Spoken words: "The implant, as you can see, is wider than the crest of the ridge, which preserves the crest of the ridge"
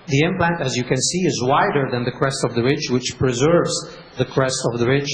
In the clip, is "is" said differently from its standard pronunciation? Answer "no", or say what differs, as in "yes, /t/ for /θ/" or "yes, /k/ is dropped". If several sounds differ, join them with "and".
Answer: no